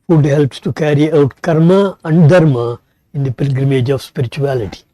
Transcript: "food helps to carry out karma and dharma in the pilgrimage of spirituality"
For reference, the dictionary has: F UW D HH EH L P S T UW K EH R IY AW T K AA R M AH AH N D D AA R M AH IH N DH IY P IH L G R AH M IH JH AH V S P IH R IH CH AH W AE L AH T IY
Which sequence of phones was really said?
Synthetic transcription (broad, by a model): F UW D HH EH L P S T UW K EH R IY AW T K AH R M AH AH N D D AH R M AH IH N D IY P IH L G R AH M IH JH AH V S P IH R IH CH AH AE L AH T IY